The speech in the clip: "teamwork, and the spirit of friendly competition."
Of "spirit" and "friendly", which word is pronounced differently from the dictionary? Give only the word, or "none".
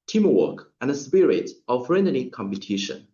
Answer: friendly